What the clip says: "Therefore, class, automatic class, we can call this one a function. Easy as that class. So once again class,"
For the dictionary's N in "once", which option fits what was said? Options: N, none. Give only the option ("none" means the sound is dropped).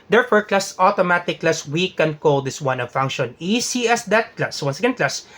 N